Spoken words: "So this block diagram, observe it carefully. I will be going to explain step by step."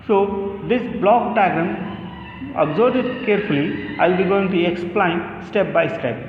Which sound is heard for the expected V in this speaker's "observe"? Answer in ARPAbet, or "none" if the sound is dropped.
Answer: B